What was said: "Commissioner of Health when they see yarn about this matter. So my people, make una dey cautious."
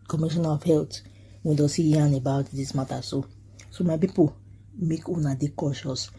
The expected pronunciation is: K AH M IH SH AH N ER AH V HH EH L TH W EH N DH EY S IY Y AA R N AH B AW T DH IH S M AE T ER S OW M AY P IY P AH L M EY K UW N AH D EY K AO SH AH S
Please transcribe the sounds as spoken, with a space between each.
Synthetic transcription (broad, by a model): K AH M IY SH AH N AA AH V HH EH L T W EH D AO S IY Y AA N AH B AW T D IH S M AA T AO S OW M AY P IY P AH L M EY K UW N AH D EY K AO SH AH S